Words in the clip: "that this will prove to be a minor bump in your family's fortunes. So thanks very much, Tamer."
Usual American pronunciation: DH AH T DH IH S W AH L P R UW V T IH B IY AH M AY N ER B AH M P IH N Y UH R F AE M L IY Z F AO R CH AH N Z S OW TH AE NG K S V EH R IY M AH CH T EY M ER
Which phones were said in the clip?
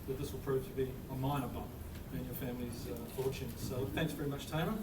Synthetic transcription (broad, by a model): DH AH T DH IH S W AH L P R UW V T IH B IY AH M AY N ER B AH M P IH N Y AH R F AE M L IY Z F AO R CH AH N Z S OW TH AE NG K S V EH R IY M AH CH T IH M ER